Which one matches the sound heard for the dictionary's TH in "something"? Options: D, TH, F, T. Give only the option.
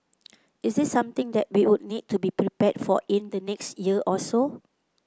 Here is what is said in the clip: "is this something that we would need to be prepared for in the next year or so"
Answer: T